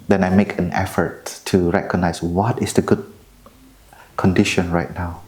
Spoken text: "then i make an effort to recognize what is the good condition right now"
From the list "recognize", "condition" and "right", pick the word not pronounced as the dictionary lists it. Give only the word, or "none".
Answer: recognize